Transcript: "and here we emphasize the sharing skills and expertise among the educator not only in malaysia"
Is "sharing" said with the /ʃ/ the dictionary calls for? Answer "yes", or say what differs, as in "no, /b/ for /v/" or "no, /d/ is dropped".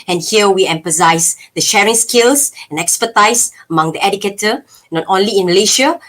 yes